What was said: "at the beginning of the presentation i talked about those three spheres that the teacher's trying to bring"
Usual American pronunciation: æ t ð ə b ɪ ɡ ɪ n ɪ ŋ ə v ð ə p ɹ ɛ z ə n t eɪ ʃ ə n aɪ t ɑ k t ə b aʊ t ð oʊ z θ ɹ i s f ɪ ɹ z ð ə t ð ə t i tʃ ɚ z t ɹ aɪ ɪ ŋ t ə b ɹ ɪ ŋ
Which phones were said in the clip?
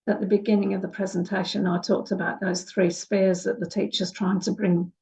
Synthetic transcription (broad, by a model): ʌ t ð ə b ɪ ɡ ɪ n ɪ ŋ ə v ð ə p ɹ ɛ z ə n t eɪ ʃ ə n aɪ t ɑ k t ə b aʊ t ð oʊ z θ ɹ i s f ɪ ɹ z ð ə t ð ə t i tʃ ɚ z t ɹ aɪ ɪ ŋ t ə b ɹ ɪ ŋ